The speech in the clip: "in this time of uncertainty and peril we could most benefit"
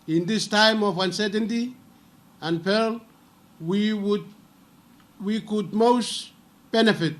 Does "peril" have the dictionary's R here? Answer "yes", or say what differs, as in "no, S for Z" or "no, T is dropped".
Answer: no, W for R